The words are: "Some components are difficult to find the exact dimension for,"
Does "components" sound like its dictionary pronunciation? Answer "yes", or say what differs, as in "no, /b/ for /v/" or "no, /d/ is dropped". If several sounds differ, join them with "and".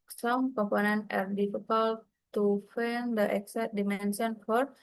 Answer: no, /s/ is dropped